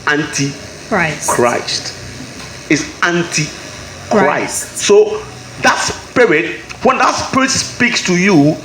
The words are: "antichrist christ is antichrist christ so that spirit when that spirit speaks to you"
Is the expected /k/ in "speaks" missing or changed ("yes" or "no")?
no